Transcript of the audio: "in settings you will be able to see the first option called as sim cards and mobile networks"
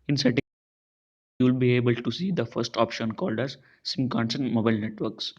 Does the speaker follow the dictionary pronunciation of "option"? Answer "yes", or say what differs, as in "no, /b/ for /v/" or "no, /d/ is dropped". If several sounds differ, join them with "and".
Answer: yes